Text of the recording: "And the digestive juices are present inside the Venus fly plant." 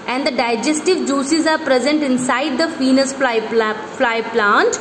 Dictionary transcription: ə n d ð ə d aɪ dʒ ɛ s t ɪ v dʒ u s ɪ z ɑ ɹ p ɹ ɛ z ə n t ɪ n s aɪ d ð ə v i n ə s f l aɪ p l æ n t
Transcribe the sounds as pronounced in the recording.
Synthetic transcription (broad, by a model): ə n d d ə d aɪ dʒ ɛ s t ɪ v dʒ u s ɪ z ɑ ɹ p ɹ ɛ z ə n t ɪ n s aɪ d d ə f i n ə s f l aɪ p l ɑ n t